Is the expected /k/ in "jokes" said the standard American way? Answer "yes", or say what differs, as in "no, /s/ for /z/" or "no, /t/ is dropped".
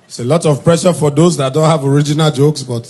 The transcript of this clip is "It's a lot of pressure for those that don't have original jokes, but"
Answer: yes